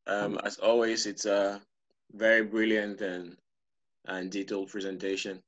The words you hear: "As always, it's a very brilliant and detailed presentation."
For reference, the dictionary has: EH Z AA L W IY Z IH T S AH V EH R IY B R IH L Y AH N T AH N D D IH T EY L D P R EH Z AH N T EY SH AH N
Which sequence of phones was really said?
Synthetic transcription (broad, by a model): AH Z AA L W IY Z IH T S AH V EH R IY B R IH L Y AH N T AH N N D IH T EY L P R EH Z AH N T EY SH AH N